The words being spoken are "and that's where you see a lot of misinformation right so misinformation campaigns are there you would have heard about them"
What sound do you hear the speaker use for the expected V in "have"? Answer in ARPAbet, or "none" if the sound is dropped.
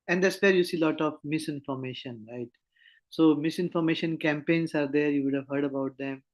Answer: V